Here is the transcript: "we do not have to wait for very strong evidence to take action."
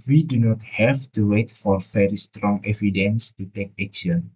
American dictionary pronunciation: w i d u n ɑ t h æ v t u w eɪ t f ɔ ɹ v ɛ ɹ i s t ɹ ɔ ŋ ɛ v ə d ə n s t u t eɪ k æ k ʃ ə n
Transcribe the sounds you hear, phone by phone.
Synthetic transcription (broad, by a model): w i d u n ɑ t h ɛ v t u w eɪ t f ɔ ɹ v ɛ ɹ i s t ɹ ɔ ŋ ɛ v ə d ə n s t u t eɪ k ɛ k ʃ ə n